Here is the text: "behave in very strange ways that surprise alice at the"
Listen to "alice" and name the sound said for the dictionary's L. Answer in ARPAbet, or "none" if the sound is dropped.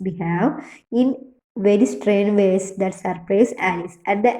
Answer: none